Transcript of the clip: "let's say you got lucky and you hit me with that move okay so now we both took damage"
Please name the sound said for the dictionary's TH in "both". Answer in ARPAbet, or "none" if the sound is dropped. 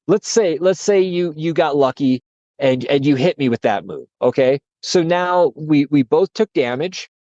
TH